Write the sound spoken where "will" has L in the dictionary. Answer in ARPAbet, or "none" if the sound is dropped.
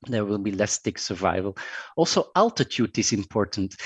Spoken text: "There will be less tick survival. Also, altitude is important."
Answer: L